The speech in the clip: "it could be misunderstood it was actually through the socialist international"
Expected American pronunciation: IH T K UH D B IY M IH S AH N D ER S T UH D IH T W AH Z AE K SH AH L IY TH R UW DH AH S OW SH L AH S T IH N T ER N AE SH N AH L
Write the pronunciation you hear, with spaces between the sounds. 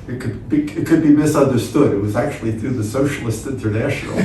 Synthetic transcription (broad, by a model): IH T K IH D B IY M IH S AH N D ER S T UH D IH T W AH Z AE K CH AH L IY TH R UW DH AH S OW SH L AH S T IH N T ER N AE SH N L